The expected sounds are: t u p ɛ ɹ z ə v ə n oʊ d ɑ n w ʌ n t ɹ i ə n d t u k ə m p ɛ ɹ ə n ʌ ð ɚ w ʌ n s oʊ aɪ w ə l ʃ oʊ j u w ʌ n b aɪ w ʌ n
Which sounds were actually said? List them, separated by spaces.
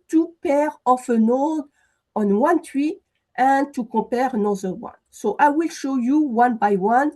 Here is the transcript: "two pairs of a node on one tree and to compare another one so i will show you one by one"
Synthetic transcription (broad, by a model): t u p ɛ ɹ ə f ə n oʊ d ɑ n w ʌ n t w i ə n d t u k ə p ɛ ɹ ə n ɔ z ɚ w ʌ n s oʊ aɪ w ə l ʃ oʊ j u w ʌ n b aɪ w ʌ n